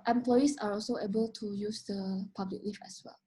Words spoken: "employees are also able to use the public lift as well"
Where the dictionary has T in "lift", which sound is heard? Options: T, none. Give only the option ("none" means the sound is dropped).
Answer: none